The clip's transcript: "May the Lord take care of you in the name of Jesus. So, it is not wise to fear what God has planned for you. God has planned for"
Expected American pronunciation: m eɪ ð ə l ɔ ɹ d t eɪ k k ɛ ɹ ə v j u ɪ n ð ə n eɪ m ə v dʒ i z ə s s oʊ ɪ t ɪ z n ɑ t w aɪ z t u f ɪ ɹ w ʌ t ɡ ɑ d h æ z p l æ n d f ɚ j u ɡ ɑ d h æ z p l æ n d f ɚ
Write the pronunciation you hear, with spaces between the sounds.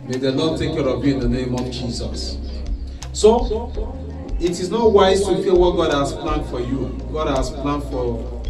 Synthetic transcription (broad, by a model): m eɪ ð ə n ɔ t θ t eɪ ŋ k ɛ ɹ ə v j u ɪ n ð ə n eɪ m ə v dʒ i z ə s s oʊ ɪ t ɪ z n ɑ t w aɪ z t u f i l w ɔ t ɡ ɑ d h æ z p l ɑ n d f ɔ j u ɡ ɑ d h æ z p l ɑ n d f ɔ